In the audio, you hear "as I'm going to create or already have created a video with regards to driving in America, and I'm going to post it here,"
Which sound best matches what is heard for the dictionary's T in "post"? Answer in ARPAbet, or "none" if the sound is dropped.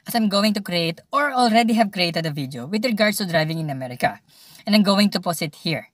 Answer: none